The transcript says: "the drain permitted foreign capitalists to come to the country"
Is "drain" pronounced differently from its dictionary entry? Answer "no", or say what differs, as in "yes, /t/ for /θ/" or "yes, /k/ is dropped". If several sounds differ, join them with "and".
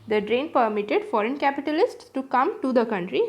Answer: no